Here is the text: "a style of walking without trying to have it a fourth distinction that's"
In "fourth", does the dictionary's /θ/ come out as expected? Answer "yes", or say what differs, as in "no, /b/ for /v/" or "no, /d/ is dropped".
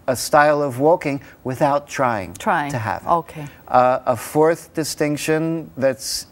yes